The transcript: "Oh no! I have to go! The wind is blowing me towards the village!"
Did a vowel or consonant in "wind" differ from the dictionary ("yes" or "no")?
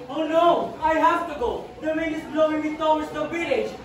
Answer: yes